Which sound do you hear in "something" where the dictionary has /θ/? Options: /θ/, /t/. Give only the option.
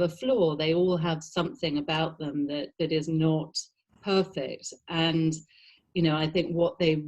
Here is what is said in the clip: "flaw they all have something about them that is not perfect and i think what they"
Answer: /θ/